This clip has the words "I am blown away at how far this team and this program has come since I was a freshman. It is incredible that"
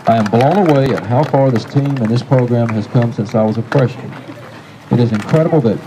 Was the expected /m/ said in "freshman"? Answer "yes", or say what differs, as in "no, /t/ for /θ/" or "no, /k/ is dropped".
no, /m/ is dropped